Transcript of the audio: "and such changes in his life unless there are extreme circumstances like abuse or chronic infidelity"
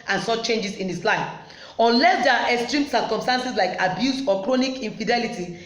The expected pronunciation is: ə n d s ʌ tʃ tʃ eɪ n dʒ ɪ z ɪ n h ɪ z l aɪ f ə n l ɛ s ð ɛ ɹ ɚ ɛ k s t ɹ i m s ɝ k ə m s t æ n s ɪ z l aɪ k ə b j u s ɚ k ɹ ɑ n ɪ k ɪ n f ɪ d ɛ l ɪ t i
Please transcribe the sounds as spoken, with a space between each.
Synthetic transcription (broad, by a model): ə n s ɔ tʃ tʃ eɪ n dʒ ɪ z ɪ n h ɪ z l aɪ f ə n l ɛ s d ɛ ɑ ɛ k s t ɹ i m s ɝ k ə m s t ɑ n s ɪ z l aɪ k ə b j u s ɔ k ɹ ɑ n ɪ k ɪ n f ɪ d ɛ l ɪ t i